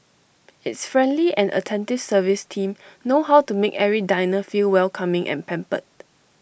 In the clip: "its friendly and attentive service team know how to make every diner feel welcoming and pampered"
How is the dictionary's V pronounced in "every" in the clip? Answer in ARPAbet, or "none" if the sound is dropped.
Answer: none